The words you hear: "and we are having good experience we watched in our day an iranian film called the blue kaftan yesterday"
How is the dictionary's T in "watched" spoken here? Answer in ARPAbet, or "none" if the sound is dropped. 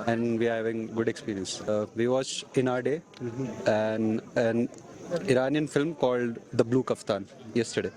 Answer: none